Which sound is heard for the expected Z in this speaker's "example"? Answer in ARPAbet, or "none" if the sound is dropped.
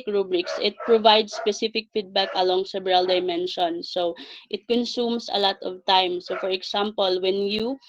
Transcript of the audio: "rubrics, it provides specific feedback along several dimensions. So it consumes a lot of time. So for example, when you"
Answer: S